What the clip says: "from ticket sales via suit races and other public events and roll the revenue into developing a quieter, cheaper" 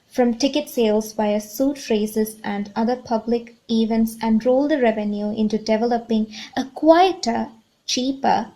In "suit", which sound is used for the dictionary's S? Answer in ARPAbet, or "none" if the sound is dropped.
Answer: S